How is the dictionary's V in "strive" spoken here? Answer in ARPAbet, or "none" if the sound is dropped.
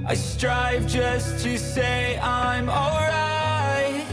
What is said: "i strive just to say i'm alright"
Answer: V